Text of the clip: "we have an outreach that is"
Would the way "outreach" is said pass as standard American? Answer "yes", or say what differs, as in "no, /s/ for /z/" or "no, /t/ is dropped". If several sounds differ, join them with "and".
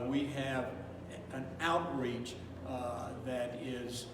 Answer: yes